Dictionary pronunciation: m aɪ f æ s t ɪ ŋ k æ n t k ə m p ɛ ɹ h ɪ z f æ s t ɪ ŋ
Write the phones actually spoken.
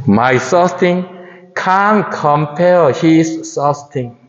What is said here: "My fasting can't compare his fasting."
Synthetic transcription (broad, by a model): m aɪ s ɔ s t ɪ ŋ k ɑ n k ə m p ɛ l h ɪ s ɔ s t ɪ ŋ